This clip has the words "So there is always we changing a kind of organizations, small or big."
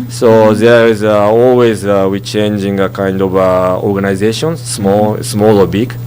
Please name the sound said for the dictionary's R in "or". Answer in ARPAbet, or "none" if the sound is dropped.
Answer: L